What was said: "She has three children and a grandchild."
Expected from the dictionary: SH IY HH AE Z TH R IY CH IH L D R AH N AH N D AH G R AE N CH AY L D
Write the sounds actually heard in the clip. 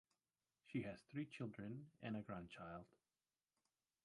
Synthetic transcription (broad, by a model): SH IY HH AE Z TH R IY CH IH L D R AH N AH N AH G R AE N CH AY L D